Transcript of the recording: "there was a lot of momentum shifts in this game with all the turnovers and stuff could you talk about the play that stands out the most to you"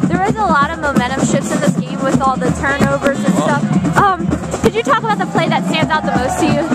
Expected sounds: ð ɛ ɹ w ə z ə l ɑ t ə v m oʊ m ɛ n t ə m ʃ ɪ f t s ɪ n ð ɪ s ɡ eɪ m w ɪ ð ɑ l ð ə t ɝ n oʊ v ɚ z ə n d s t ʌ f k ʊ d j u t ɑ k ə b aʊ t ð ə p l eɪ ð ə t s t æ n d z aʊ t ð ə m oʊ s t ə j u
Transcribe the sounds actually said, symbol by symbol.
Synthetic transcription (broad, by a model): ð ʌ ɹ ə z ə l ɑ t ə v m oʊ m ɛ t ə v ʃ ɪ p s ɪ n ð ɪ s ɡ eɪ m w ɪ ð ɑ l ð ə t ɝ n oʊ v ɚ z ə n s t ʌ f k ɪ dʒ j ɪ t ɑ k ə b aʊ t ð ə p l eɪ ð ə t s t æ n d z aʊ t ð ə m oʊ s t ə j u